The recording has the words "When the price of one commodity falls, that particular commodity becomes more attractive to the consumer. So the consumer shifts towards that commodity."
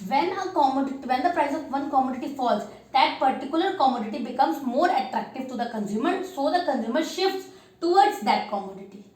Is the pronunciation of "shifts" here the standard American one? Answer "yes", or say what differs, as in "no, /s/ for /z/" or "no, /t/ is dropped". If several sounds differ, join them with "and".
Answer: yes